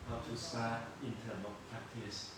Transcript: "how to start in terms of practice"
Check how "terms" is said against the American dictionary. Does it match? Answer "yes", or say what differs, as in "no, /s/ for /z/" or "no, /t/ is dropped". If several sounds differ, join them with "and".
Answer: no, /z/ is dropped